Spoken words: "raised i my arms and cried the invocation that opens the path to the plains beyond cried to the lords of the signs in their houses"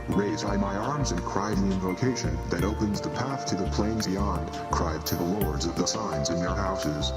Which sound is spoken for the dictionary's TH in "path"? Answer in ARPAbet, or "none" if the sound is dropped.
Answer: TH